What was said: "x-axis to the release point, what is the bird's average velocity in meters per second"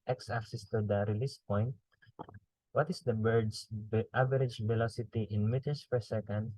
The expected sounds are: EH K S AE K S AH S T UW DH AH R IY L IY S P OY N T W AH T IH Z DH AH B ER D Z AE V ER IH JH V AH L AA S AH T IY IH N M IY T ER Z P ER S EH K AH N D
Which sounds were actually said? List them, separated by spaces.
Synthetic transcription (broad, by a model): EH K S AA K S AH S T UW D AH R IY L IY S P OY N T W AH T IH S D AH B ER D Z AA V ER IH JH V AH L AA S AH T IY IH N M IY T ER S P ER S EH K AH N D